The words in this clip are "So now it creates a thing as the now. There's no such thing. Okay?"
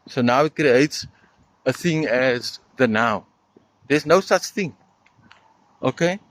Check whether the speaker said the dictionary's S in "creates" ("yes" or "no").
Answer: yes